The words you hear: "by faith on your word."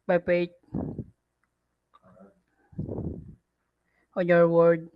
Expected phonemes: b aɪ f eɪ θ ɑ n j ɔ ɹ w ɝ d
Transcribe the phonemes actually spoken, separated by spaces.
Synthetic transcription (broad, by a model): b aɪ p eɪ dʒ ɑ n j ɔ ɹ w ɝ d